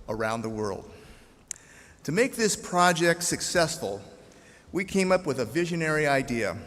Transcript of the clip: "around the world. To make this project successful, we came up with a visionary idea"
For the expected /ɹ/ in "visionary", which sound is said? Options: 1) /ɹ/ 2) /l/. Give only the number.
1